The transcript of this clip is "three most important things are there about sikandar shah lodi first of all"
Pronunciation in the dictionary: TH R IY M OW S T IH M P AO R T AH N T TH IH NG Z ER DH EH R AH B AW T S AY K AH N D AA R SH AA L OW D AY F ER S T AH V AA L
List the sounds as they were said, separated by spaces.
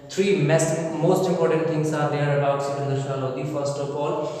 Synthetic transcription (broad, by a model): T R IY M OW S T IH M P AO R T AH N T T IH NG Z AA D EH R AH B AW T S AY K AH N D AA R SH AA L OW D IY F ER S T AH P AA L